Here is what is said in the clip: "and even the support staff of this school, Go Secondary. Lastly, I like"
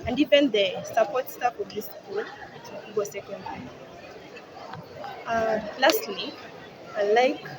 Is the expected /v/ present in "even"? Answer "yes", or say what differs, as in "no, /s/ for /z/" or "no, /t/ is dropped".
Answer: no, /p/ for /v/